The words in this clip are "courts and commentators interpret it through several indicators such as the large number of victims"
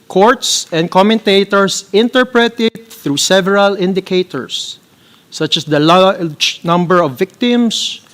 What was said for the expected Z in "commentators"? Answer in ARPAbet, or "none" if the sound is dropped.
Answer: S